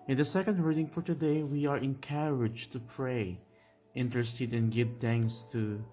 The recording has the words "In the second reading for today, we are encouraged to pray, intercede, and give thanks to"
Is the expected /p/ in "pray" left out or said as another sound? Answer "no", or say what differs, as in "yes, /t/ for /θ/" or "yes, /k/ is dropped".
no